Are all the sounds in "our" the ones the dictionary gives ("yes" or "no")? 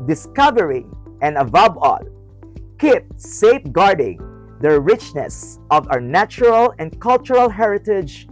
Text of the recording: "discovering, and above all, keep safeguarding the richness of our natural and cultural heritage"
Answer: no